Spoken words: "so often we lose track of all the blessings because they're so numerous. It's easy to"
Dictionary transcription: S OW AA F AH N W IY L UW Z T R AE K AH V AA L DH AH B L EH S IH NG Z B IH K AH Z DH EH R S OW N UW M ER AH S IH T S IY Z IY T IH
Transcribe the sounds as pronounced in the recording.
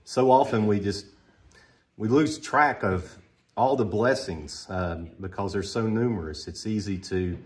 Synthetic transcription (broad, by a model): S OW AA F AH N W IY L UW Z T R AE K AH V AA L DH AH B L EH S IH NG Z B IH K AH Z DH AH R S OW N UW M ER AH S IH T S IY Z IY T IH